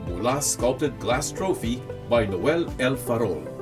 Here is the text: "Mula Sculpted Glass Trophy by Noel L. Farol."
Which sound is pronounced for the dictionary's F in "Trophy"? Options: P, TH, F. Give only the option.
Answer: F